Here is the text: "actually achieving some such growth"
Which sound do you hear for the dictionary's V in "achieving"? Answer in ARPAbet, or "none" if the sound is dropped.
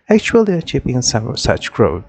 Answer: P